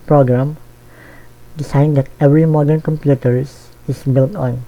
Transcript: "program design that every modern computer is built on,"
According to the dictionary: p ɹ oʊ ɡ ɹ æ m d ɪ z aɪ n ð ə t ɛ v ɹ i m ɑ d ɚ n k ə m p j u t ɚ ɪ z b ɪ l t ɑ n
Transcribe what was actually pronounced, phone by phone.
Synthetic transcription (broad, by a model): p ɹ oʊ ɡ ɹ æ m d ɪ s aɪ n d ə t ɛ v ɹ i m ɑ d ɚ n k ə m p j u t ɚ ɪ s b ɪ l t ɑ n